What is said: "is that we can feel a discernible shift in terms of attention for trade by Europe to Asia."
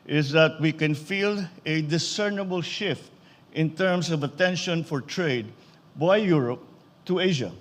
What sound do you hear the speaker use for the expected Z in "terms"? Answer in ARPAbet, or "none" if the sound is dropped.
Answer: S